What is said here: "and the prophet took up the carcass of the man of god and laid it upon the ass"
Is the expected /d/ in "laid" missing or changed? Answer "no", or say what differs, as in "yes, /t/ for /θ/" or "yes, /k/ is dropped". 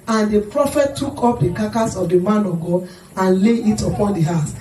yes, /d/ is dropped